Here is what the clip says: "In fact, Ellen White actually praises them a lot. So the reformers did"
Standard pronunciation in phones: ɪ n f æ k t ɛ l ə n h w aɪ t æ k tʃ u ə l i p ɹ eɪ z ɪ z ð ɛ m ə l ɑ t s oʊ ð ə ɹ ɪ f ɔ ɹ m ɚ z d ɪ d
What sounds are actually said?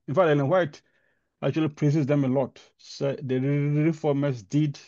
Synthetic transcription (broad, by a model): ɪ n f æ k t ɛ n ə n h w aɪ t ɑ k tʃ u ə l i p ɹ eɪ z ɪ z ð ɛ m ə l ɑ t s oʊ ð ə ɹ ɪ f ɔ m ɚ s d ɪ d